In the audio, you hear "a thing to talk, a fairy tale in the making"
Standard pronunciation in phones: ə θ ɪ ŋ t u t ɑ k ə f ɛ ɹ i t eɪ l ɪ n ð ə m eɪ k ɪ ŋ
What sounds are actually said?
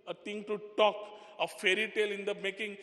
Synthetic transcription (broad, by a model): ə t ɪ ŋ t u t ɑ k ə f ɛ ɹ i t eɪ l ɪ n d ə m eɪ k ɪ ŋ